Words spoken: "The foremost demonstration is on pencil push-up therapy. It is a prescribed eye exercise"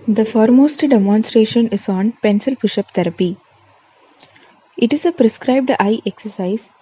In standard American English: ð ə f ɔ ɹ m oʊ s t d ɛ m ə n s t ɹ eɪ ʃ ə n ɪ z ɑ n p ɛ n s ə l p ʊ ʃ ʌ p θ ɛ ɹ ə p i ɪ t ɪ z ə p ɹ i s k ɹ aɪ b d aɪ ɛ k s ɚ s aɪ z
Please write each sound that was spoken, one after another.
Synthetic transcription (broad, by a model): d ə f ɔ ɹ m oʊ s t d ɛ m ə n s t ɹ eɪ ʃ ə n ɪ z ɑ n p ɛ n s ə l b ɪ ʃ ʌ p t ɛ ɹ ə p i ɪ t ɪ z ə p ɹ i s k ɹ aɪ b d aɪ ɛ k s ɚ s aɪ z